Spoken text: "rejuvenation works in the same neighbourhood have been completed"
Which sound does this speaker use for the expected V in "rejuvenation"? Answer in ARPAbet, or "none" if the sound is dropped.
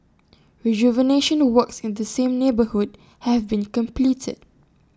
V